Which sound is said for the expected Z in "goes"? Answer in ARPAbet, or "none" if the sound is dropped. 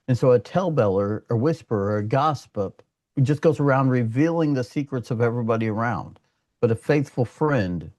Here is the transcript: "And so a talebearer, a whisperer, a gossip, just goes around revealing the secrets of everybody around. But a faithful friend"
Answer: Z